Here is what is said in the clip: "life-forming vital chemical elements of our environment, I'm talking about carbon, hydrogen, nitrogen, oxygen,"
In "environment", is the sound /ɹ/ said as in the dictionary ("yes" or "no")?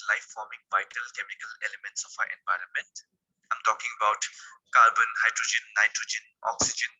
yes